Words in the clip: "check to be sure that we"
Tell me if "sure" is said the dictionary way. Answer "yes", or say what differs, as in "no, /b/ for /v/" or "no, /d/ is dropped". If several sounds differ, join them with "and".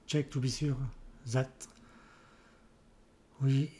no, /s/ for /ʃ/